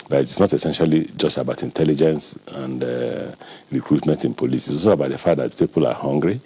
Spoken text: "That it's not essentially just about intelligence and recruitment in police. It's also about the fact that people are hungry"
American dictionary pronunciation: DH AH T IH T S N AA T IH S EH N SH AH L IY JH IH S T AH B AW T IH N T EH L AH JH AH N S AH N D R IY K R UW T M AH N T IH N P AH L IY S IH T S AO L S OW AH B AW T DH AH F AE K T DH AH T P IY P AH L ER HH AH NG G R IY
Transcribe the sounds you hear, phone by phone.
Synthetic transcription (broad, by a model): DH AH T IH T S N AA T IH S EH N SH AH L IY JH IH S T AH B AW T IH N T EH L AH JH AH N S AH N D R IY K R UW T M AH N T IH N P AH L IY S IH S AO S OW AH B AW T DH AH F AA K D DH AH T P IY P AH L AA HH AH NG G R IY